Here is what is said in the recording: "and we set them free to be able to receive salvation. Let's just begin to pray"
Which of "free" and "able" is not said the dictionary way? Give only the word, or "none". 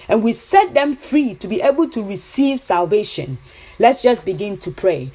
none